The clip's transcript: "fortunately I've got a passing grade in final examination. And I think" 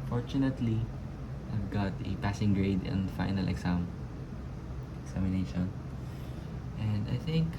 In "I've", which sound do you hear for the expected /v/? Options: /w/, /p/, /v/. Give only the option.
/v/